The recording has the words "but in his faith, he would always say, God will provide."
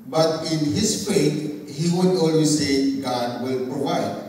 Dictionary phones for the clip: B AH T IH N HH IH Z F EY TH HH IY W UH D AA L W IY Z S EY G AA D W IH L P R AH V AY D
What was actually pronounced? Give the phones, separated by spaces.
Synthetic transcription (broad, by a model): B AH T IH N HH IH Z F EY T HH IY W UH D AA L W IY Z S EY G AA D W IH L P R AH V AY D